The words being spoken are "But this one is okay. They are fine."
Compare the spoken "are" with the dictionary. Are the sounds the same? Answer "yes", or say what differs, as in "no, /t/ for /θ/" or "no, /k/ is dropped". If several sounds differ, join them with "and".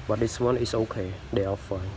no, /l/ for /ɹ/